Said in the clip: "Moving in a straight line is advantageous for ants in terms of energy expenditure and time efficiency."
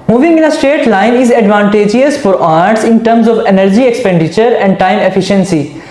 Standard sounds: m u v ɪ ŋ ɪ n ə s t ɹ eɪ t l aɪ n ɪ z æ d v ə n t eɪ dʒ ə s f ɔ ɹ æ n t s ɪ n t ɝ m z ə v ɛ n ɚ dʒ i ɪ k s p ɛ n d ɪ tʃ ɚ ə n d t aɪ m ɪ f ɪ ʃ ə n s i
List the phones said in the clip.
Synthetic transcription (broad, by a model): m u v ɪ ŋ ɪ n ə s t eɪ t l aɪ n ɪ z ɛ d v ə n t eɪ dʒ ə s f ɔ ɹ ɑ t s ɪ n t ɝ m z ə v ɛ n ɚ dʒ i ɪ k s p ɛ n d ɪ tʃ ɚ ə n d t aɪ m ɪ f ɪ ʃ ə n s i